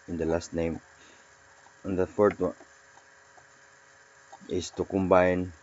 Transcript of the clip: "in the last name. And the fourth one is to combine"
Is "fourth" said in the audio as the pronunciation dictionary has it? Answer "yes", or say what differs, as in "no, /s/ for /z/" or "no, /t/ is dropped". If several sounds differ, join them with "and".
no, /t/ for /θ/